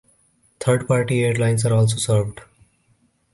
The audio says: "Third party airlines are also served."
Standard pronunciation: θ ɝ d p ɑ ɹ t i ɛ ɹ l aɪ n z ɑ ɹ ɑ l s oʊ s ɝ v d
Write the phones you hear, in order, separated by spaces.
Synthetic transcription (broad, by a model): t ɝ d p ɑ ɹ t i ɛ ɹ l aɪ n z ɑ ɹ ɑ l s oʊ s ɝ v d